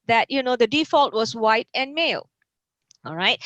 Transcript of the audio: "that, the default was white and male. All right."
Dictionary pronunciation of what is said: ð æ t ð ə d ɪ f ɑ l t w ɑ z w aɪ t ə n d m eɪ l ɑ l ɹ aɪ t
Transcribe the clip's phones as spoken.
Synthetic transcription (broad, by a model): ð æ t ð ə d ɪ f ɑ l t w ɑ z w aɪ t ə n m eɪ l ɑ l ɹ aɪ t